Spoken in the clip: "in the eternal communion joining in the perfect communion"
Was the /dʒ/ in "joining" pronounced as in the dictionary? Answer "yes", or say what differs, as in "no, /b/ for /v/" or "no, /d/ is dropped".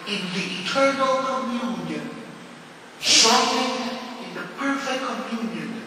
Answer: no, /ʃ/ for /dʒ/